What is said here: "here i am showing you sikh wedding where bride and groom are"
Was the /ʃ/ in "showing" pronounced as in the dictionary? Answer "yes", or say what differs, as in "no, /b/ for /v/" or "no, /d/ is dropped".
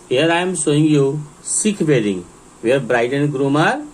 no, /s/ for /ʃ/